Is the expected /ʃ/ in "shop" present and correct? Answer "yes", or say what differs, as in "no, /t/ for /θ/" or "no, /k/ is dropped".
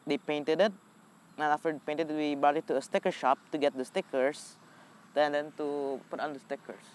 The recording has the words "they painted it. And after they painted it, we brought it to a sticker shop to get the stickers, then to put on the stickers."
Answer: yes